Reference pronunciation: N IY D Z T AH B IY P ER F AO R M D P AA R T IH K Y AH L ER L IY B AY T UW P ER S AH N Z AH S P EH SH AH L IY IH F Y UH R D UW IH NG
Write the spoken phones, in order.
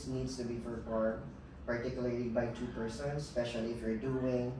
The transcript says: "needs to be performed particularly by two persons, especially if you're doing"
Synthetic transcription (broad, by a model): N IY D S T AH B IY F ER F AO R P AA R T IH K Y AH L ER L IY B AY T UW P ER S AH N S S P EH SH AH L IY IH F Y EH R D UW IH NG